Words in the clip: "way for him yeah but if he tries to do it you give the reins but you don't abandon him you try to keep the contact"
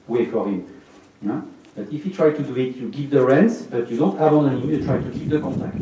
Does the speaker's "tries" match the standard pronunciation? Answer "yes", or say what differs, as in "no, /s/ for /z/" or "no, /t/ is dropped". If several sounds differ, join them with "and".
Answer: no, /z/ is dropped